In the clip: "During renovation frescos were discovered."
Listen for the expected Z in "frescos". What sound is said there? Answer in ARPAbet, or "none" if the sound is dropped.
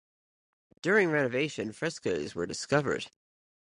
Z